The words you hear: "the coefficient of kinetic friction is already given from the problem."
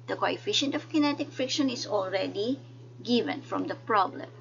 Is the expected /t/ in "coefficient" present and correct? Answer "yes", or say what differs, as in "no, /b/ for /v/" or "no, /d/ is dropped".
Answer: yes